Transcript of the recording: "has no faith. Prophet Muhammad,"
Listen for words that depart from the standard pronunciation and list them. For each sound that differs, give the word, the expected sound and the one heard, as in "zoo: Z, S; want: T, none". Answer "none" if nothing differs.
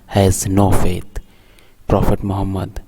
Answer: faith: TH, T